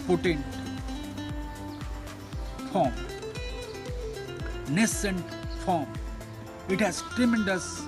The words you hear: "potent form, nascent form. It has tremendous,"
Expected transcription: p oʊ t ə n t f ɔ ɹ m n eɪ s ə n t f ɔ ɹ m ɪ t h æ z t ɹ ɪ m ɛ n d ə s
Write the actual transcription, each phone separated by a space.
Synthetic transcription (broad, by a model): p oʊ t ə n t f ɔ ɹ m n eɪ s ə n t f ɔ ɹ m ɪ t h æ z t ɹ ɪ m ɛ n d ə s